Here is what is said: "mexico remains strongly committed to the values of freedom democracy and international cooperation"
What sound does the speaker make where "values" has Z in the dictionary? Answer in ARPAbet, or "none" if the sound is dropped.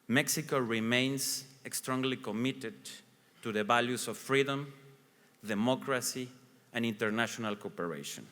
S